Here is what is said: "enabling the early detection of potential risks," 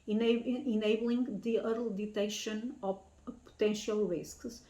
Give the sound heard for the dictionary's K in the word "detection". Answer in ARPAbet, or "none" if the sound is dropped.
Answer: none